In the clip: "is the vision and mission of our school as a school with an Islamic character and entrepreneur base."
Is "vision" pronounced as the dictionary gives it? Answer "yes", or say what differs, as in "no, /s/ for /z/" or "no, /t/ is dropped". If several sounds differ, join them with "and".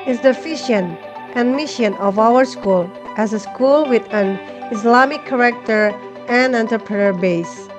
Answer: no, /f/ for /v/ and /ʃ/ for /ʒ/